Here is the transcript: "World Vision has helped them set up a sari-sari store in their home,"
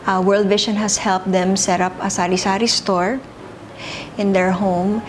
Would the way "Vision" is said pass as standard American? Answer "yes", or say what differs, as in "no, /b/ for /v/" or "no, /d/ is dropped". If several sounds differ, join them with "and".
no, /ʃ/ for /ʒ/